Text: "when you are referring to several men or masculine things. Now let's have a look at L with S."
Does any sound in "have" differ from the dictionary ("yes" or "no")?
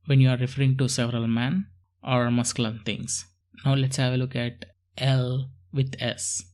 no